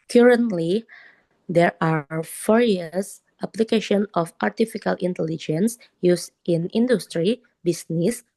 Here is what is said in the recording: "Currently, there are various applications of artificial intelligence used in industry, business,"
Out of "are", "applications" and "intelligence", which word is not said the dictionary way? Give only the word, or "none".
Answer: applications